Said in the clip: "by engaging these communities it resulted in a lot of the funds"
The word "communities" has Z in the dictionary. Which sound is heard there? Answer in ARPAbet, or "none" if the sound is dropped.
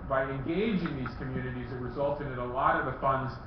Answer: Z